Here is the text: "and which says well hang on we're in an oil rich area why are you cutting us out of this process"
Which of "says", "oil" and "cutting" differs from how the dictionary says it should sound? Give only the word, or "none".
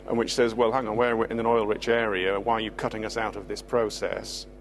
none